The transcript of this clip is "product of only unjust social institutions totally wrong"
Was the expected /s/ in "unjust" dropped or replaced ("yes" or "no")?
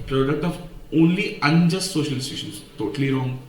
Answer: no